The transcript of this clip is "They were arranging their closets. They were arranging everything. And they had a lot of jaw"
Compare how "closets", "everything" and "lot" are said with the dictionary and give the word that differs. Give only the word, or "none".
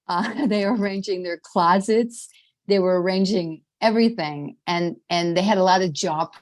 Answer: none